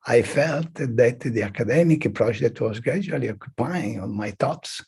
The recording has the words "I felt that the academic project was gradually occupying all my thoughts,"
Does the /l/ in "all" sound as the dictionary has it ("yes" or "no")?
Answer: no